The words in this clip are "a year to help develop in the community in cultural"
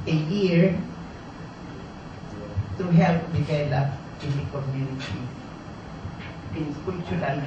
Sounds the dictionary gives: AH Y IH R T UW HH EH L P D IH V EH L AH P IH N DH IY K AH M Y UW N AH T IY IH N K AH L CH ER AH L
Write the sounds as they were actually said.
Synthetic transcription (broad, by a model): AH Y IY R T UW HH EH L P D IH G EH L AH IH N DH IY K AH M Y UW N AH T IY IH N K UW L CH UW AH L